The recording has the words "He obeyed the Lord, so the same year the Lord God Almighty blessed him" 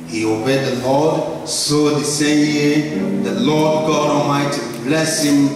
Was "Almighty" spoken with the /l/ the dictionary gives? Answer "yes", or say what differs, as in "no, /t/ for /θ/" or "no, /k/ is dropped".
no, /l/ is dropped